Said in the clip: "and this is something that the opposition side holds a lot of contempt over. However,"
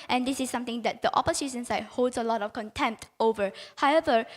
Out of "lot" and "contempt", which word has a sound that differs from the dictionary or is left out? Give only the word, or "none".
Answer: none